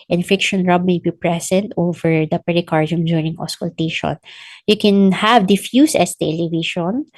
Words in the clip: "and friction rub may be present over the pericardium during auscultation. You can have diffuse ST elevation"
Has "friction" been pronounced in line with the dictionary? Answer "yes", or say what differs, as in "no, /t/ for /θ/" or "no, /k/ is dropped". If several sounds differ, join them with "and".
no, /ɹ/ is dropped